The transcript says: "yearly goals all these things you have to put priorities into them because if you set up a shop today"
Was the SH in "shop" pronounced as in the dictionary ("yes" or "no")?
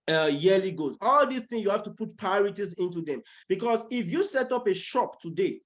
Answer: yes